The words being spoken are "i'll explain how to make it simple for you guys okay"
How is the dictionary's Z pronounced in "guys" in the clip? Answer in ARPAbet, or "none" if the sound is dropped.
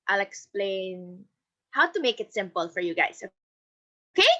S